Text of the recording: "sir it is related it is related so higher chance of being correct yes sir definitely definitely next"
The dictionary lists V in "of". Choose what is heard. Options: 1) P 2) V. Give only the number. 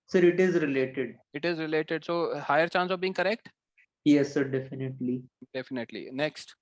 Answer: 2